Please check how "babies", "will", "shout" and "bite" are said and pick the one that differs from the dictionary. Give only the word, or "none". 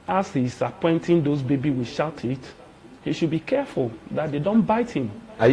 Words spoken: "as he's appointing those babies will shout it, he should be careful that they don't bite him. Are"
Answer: babies